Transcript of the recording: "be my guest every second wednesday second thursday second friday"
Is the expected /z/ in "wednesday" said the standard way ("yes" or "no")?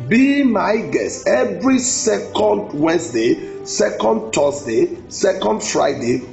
no